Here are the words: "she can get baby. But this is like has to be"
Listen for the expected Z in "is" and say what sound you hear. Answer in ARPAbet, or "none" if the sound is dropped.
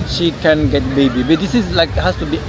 S